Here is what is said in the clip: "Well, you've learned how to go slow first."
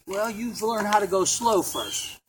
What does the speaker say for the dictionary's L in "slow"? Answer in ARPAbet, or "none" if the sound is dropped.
L